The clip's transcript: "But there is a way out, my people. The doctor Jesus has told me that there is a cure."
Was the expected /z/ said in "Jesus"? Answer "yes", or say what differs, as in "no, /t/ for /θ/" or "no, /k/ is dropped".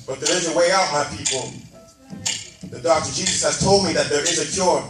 yes